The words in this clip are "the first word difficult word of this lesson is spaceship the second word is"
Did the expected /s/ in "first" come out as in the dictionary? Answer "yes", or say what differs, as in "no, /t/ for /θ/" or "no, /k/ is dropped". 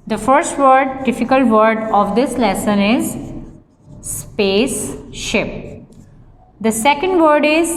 yes